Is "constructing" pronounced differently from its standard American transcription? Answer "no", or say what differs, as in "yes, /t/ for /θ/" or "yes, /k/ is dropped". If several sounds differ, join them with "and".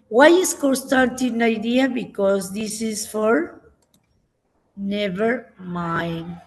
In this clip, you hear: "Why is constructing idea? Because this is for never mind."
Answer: yes, /ɹ/ is dropped